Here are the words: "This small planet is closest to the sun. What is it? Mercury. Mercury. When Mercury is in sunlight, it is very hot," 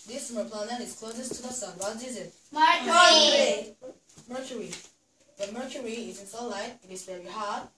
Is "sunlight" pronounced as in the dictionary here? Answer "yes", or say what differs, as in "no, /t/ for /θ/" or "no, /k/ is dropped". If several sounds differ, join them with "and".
no, /n/ is dropped